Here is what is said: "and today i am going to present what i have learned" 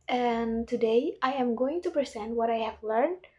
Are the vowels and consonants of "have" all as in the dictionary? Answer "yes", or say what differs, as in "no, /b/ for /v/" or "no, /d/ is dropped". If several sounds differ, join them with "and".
yes